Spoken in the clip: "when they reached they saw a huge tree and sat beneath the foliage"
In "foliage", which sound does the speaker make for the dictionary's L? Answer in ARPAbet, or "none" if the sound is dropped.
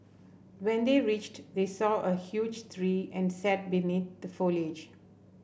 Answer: L